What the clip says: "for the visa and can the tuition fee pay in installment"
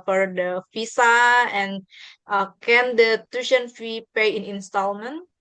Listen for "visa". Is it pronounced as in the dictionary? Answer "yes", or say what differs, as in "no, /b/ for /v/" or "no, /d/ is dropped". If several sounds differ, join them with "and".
no, /f/ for /v/ and /s/ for /z/